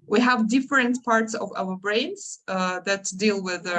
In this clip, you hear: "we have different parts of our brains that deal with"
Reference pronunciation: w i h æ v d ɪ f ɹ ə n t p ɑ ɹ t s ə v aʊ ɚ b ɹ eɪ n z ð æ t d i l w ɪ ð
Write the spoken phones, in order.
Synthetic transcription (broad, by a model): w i h æ v d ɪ f ɹ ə n t p ɑ ɹ t s ə v aʊ ɚ b ɹ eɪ n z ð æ t d i l w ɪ ð